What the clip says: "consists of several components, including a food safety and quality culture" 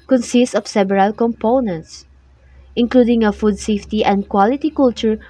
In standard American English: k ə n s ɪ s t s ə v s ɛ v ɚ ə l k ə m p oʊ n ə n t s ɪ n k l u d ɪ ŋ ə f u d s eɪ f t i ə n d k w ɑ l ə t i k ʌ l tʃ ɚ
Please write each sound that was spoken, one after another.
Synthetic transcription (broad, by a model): k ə n s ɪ s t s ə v s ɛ b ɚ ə l k ə m p oʊ n ə n t s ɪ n k l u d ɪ ŋ ə f u d s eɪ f t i ə n d k w ɑ l ə t i k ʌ l tʃ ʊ